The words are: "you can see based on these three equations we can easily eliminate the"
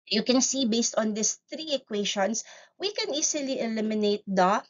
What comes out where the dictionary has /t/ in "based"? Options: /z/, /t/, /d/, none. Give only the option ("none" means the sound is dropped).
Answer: /t/